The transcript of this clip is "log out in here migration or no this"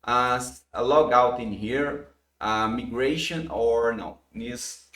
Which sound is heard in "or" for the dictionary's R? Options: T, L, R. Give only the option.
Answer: R